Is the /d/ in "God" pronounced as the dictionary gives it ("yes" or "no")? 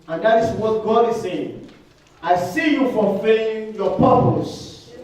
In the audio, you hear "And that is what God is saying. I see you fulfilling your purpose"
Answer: yes